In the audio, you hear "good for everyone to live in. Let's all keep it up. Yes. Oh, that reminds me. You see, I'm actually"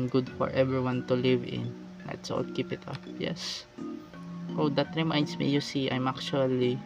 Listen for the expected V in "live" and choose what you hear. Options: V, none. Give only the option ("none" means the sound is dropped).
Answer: V